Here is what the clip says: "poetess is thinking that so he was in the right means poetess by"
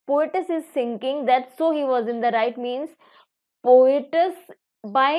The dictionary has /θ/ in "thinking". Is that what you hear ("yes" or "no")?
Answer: no